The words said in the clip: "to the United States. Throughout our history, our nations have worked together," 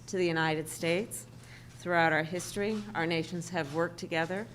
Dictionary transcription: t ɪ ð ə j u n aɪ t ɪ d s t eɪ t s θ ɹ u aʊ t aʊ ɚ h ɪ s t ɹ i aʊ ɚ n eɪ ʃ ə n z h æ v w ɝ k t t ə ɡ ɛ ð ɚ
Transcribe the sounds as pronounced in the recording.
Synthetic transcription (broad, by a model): t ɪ ð ə j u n aɪ t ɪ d s t eɪ t s θ ɹ u aʊ t aʊ ɚ h ɪ s t ɹ i aʊ ɚ n eɪ ʃ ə n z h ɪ v w ɝ k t t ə ɡ ɛ ð ɚ